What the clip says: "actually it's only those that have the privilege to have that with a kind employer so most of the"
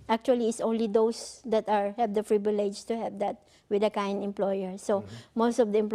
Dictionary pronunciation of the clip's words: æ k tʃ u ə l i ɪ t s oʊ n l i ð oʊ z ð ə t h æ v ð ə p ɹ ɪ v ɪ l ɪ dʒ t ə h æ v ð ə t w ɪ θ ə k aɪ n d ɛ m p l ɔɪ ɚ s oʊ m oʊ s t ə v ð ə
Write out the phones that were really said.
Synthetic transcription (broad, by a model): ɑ k tʃ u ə l i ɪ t s oʊ n l i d oʊ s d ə t h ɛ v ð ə f ɹ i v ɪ l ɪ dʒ t ə h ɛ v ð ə t w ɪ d ə k aɪ n d ɛ m p l ɔɪ ɚ s oʊ m oʊ s t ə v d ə